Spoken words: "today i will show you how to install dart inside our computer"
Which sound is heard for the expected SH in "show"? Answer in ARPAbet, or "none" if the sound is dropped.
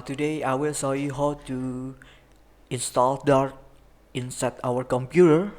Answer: S